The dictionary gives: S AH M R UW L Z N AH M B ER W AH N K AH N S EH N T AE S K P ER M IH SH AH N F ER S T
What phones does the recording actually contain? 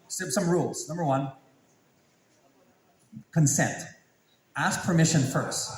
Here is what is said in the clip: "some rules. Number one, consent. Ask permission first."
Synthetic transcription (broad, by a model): S AH M R UW L Z N AH M B ER W AH N K AH N S EH N T AE S K P ER M IH SH AH N F ER S T